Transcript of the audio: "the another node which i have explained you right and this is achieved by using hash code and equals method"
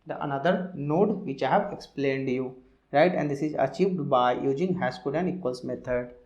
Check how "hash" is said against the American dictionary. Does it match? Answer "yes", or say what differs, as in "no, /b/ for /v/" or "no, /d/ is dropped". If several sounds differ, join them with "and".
no, /s/ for /ʃ/